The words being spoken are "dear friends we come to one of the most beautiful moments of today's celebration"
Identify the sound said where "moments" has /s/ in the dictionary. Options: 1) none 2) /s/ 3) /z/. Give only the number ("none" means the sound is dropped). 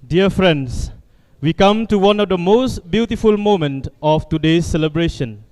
1